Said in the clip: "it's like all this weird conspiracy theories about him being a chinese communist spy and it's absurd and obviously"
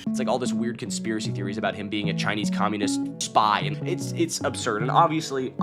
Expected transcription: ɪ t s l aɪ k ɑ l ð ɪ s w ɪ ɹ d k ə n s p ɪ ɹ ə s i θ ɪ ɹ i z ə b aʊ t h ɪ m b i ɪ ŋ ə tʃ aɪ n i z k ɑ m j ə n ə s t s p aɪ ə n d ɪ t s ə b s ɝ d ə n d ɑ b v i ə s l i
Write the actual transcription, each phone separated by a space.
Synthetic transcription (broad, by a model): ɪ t s l aɪ k ɑ l ð ɪ s w ɪ ɹ d k ə n s p ɪ ɹ ə s i θ ɪ ɹ i z ə b aʊ t h ɪ m b i ɪ ŋ ə tʃ aɪ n i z k ɑ m j ə n ə s t s p aɪ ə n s ɪ t s ə b s ɝ d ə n ɑ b v i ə s l i